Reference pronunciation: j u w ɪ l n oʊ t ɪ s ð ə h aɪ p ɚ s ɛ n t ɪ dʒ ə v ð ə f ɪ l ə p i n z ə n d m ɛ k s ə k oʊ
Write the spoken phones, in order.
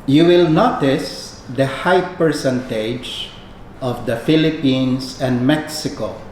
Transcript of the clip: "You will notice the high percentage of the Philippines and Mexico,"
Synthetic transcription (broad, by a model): j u w ɪ l n oʊ t ɪ s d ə h aɪ p ɚ s ɛ n t ɪ dʒ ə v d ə f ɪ l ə p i n s ə n d m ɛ k s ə k oʊ